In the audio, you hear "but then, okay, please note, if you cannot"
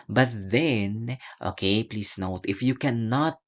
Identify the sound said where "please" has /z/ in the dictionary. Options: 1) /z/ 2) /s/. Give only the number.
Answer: 2